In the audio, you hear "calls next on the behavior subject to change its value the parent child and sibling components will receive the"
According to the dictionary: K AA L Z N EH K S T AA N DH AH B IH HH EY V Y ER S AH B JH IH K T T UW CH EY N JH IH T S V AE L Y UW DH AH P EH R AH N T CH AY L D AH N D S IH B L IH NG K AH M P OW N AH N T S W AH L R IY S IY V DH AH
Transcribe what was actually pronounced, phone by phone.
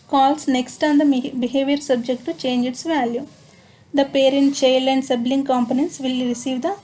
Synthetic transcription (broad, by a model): K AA L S N EH K S T AA N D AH B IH HH EY V Y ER S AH B JH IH K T T UW CH EY N JH IH T S V AE L Y UW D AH P EH R AH N T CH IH L AH N D S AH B L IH NG K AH M P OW N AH N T S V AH L R IY S IY V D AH